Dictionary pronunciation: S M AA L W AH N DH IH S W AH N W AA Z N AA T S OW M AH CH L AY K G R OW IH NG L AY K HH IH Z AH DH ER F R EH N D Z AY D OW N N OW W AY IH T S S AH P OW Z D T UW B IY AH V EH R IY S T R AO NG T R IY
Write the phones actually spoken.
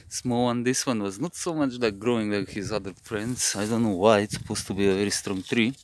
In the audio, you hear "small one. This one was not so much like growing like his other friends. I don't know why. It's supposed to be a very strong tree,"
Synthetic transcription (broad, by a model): S M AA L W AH N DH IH S W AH N W AA Z N AA T S OW M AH CH L AY K G R OW IH NG L AY K HH IH Z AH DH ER F R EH N D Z AY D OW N N OW W AY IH T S S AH P OW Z T UW B IY AH V EH R IY S T R AO NG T R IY